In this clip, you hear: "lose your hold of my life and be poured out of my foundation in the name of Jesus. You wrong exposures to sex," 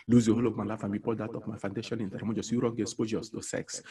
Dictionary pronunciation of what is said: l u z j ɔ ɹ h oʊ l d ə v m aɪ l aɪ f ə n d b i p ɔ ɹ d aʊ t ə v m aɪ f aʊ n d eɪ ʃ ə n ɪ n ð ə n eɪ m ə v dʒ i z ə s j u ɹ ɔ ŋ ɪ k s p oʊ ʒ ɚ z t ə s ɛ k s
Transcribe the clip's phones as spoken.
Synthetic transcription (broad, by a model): l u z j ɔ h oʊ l ə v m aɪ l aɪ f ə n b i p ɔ l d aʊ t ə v m aɪ f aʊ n d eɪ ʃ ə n ɪ n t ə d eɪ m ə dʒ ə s j u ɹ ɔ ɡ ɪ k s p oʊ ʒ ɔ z t ə s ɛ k s